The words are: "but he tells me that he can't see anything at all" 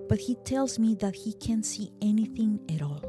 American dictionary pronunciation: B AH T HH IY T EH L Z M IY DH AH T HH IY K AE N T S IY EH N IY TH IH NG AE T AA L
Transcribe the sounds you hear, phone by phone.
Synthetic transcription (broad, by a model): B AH T HH IY T EH L Z M IY DH AH T HH IY K AE N T S IY EH N IY TH IH NG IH T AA L